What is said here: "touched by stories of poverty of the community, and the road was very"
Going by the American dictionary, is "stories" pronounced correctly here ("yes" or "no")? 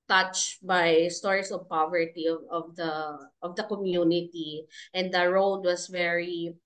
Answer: no